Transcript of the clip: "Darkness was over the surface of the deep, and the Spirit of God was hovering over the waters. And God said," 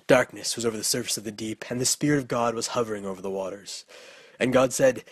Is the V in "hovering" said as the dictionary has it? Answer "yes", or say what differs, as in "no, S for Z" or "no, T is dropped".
yes